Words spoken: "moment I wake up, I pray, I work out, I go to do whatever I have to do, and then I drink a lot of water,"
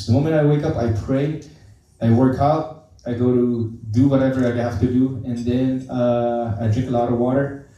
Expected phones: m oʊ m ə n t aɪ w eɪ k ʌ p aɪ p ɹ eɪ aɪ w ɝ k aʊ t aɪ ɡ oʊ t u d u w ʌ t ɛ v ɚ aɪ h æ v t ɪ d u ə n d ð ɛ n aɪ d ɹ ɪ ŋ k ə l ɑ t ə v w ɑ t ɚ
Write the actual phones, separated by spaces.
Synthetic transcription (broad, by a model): m oʊ m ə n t aɪ w eɪ k ʌ p aɪ p ɹ eɪ aɪ w ɝ k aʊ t aɪ ɡ oʊ t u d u w ʌ t ɛ v ɚ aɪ h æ f t ɪ d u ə n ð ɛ n aɪ d ɹ ɪ ŋ k ə l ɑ t ə v w ɑ t ɚ